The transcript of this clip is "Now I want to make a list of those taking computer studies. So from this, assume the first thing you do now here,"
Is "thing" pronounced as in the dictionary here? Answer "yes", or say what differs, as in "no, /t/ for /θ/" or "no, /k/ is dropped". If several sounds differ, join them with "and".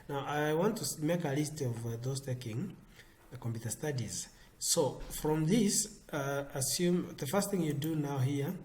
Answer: yes